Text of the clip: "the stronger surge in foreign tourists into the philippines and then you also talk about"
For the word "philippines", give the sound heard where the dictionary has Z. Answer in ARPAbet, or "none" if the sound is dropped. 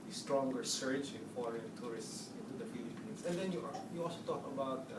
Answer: S